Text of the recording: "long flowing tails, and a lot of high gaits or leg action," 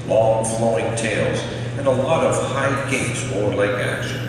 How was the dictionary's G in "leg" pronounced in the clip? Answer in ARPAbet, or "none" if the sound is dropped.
none